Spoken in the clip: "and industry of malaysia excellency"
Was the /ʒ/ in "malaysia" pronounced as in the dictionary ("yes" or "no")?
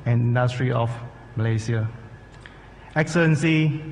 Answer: no